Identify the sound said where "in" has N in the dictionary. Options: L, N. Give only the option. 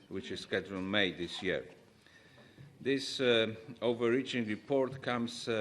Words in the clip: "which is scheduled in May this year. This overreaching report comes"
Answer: L